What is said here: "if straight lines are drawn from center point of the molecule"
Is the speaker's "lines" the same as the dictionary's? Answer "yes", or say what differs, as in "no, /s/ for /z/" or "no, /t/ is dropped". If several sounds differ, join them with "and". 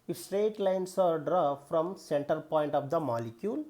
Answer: no, /s/ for /z/